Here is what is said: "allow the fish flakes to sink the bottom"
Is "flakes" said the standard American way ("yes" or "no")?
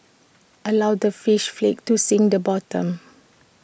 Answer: no